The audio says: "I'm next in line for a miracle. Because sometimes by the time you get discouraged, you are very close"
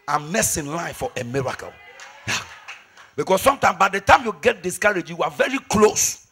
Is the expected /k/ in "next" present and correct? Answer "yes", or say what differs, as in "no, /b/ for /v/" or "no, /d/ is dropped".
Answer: no, /k/ is dropped